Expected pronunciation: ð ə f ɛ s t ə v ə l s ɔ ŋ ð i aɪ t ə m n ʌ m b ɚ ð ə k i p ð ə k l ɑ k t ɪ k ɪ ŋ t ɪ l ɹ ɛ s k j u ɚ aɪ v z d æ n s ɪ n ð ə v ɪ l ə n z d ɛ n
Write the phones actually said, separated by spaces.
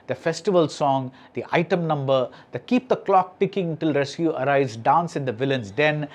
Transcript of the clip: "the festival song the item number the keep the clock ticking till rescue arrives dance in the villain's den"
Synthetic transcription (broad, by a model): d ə f ɛ s t ə v ə l s ɔ ŋ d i aɪ t ə m n ʌ m b ɚ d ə k i p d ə k l ɑ k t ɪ k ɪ ŋ t ɪ l ɹ ɛ s k j u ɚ aɪ z d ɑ n s ɪ n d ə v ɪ l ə n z d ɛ n